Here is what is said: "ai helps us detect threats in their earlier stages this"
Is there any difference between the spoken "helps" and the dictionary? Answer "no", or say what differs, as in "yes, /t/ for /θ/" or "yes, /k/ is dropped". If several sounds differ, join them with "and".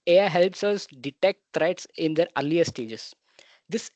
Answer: no